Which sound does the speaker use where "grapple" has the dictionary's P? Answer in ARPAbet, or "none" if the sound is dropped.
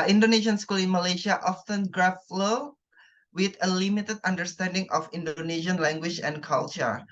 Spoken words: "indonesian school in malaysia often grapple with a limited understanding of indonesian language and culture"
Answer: F